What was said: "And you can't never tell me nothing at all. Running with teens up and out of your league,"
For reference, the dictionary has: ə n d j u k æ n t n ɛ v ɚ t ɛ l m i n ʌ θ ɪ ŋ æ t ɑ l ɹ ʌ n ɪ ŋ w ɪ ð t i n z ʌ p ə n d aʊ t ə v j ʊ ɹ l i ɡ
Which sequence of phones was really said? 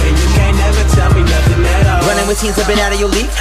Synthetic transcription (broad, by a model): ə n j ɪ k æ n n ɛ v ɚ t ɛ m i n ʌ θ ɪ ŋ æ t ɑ ɹ ʌ n ɪ ŋ w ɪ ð s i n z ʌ b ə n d aʊ t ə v j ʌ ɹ l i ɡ